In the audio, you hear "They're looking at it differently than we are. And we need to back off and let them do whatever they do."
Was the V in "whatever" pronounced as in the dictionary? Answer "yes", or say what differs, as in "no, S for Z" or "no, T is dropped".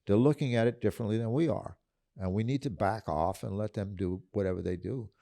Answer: yes